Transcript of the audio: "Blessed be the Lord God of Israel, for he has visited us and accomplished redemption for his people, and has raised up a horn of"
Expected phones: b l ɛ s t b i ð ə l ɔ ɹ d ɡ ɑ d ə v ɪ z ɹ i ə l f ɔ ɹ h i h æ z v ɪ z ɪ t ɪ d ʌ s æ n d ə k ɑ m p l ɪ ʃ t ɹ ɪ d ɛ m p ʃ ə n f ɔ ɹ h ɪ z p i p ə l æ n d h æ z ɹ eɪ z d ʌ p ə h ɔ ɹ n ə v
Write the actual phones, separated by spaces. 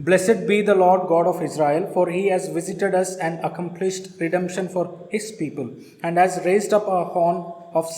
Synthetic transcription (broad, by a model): b l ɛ s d b i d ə l ɔ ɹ d ɡ ɑ d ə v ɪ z ɹ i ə l f ɔ ɹ h i h æ z v ɪ z ɪ t ɪ d ʌ s æ n d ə k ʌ m p l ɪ ʃ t ɹ ɪ d ɛ m p ʃ ə n f ɔ ɹ h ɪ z p i p ə l æ n d h æ z ɹ eɪ z d ʌ p ə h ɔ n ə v